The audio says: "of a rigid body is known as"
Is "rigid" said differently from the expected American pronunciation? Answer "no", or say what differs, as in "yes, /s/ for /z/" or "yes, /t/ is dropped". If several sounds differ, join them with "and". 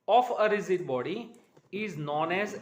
yes, /z/ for /dʒ/